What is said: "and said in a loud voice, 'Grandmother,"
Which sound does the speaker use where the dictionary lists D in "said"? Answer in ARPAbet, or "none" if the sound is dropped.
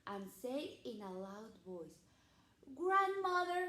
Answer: none